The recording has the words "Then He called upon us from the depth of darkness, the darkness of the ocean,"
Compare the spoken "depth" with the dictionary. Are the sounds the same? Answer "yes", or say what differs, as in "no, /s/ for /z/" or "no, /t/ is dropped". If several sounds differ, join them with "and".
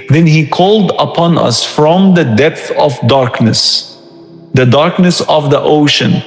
yes